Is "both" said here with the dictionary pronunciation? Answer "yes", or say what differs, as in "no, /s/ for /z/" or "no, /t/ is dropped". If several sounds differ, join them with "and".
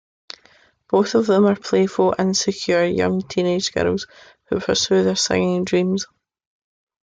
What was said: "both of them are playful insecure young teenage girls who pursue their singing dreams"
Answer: yes